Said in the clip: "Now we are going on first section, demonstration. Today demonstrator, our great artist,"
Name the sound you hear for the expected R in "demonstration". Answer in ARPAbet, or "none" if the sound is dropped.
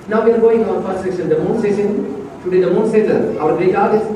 none